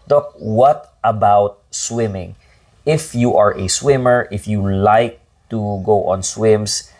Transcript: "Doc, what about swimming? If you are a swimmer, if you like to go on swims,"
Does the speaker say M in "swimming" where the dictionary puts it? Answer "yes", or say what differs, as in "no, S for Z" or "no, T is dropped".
yes